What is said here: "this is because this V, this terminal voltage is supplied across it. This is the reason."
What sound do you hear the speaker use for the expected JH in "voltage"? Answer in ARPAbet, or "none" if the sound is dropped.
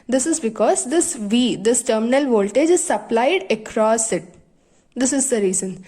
JH